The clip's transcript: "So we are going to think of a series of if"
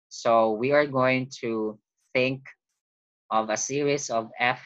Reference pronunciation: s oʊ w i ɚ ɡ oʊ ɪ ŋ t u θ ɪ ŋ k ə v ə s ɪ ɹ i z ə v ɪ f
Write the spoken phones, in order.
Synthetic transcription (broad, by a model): s oʊ w i ɚ ɡ oʊ ɪ ŋ t u θ ɪ ŋ k ə v ə s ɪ ɹ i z ə v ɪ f